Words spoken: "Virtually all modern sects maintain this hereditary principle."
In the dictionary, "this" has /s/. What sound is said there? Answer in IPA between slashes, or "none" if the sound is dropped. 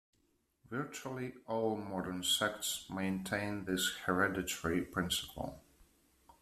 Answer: /s/